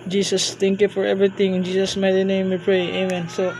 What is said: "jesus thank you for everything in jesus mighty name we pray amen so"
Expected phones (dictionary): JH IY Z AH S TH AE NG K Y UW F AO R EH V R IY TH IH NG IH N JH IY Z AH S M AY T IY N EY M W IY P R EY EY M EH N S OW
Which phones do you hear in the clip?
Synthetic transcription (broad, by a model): JH IY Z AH S T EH NG K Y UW F AO R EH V R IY T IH NG IH N JH IY S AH S M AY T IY N EY M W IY P R EY EY M EH N S OW